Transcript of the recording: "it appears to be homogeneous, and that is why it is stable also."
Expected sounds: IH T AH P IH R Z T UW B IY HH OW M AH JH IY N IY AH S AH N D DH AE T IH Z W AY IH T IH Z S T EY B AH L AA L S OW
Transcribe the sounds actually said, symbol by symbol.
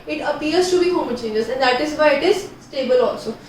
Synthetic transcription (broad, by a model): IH T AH P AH R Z T UW B IY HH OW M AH CH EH N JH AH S AH N D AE T IH Z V AY IH T IH Z S T EY B AH L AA L S OW